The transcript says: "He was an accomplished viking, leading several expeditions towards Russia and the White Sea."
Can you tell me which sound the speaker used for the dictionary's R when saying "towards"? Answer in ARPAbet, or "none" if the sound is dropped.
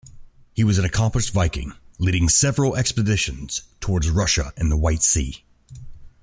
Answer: R